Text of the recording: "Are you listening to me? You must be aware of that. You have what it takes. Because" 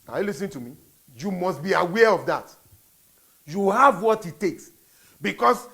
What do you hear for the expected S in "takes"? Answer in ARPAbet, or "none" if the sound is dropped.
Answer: S